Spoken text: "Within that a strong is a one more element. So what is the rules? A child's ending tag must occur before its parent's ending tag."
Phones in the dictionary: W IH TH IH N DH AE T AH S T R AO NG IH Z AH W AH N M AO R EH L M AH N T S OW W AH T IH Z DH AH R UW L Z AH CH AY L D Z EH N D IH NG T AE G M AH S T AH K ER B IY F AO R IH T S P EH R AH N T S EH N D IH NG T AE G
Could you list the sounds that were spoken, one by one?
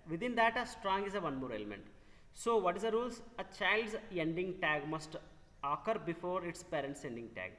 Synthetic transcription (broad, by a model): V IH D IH N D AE T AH S T R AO NG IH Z AH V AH N M AO R EH L M AH N T S OW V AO T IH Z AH R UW L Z AH CH AY L D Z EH N D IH NG T AE G M AH S T AH K ER B IY F AO R IH T S P EH R AH N T S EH N D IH NG T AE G